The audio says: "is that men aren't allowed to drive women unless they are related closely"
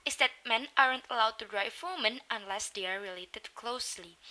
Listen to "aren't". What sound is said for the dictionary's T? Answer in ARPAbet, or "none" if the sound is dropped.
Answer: T